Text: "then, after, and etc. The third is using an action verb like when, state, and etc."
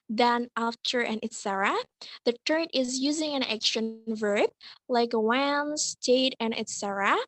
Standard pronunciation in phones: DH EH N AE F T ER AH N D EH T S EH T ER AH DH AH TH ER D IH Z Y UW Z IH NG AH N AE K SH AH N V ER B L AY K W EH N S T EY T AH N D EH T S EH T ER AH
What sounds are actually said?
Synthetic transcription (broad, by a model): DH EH N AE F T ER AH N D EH T S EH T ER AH DH AH T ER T IH Z Y UW Z IH NG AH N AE K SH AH N V ER B L AY K W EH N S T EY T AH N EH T S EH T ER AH